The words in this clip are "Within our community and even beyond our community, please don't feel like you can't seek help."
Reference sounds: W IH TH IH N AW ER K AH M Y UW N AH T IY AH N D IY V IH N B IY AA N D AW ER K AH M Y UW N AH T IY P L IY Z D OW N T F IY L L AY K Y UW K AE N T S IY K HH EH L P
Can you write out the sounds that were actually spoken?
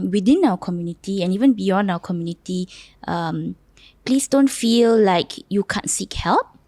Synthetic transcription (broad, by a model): W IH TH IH N AW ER K AH M Y UW N AH T IY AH N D IY V IH N B IY AA N D AW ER K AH M Y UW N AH T IY P L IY S D OW N T F IY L L AY K Y UW K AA N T S IY K HH EH L P